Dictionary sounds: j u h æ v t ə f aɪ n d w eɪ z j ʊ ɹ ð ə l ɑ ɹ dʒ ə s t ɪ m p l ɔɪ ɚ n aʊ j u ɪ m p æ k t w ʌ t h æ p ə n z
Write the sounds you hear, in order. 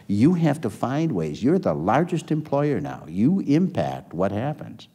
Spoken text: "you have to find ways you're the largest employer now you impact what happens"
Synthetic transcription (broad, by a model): j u h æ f t ə f aɪ n d w eɪ z j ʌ ɹ ð ə l ɑ ɹ dʒ ə s t ɪ m p l ɔɪ ɚ n aʊ j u ɪ m p æ k t w ʌ t h æ p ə n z